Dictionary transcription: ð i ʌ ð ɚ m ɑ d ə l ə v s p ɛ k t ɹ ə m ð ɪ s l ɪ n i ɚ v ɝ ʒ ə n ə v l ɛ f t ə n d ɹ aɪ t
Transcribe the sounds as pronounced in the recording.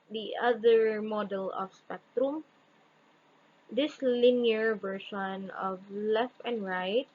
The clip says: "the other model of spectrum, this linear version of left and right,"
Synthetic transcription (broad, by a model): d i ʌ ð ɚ m ɑ d ə l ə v s p ɛ k t ɹ ə m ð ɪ s l ɪ n i ɚ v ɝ ʃ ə n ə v l ɛ f t ə n d ɹ aɪ t